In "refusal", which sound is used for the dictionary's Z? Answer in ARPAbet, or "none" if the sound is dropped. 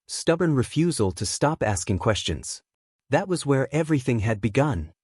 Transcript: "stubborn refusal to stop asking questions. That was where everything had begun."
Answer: Z